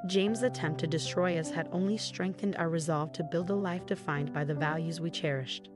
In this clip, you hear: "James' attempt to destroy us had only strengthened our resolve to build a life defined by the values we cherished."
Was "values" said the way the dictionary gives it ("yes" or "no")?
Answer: yes